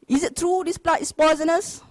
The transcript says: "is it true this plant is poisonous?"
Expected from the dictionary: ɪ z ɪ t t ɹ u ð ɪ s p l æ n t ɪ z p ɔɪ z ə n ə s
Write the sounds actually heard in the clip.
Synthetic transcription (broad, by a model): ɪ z ɪ t t ɹ u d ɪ s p l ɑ t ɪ s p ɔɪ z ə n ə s